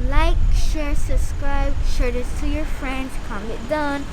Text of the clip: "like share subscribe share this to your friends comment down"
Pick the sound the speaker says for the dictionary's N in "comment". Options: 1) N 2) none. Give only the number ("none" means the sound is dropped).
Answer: 2